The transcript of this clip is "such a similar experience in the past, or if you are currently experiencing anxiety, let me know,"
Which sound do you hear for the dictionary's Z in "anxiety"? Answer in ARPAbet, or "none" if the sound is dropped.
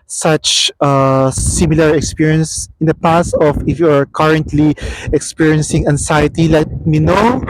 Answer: S